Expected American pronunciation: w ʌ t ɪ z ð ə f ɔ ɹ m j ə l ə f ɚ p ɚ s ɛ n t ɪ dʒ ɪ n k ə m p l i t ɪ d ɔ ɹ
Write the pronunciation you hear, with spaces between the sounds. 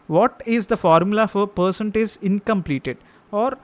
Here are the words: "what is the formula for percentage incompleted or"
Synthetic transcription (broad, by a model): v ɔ t ɪ z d ə f ɔ ɹ m j ə l ə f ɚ p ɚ s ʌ n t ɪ z ɪ n k ə m p l i t ɪ d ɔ ɹ